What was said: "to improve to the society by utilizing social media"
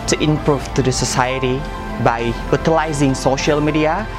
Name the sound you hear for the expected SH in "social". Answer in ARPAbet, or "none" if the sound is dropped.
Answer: SH